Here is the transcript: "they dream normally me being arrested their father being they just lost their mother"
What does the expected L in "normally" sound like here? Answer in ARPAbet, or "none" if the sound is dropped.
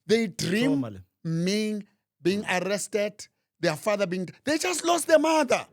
none